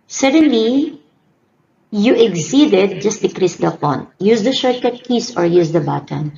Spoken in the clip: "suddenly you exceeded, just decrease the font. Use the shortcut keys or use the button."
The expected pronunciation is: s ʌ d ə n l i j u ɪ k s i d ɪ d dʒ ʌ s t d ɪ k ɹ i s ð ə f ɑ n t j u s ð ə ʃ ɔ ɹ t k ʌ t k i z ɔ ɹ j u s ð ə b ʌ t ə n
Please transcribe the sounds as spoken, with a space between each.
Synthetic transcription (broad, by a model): s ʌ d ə n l i j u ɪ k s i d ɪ d dʒ ʌ s t d ɪ k ɹ i s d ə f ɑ n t j u s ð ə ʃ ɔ ɹ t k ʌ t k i s ɔ ɹ j u s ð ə b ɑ t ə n